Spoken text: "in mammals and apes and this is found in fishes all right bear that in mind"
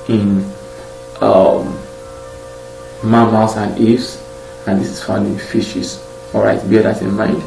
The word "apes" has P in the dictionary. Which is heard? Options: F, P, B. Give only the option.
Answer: F